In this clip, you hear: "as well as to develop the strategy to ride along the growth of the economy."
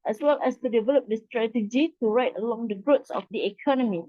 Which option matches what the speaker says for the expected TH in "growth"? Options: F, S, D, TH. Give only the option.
S